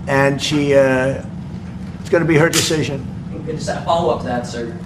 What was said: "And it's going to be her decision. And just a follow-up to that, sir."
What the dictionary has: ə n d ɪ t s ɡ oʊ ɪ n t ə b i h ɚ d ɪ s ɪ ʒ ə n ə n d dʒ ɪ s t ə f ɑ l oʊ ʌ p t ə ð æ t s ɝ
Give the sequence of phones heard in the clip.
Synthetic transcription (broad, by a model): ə n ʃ ɪ t s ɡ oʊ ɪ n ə b i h ɚ d ɪ s ɪ ʒ ə n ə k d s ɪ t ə f ɑ l oʊ ʌ p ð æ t s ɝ